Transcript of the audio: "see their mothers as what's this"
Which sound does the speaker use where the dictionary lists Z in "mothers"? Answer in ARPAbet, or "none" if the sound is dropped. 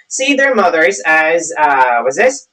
Z